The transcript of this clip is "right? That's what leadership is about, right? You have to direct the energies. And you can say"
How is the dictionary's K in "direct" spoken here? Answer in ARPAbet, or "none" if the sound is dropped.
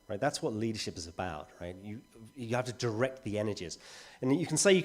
K